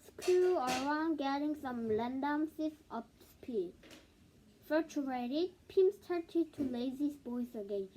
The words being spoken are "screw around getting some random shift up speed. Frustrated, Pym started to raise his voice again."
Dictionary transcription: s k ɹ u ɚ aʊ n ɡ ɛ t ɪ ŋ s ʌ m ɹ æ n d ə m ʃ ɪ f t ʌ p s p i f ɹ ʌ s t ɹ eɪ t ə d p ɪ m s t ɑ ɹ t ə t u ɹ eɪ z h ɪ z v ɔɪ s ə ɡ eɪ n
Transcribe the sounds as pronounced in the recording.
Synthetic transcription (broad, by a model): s k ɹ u ɚ aʊ n ɡ ɛ t ɪ ŋ s ʌ m l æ n d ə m s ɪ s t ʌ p s p i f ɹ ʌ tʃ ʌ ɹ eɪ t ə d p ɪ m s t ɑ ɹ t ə t u l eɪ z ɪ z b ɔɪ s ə ɡ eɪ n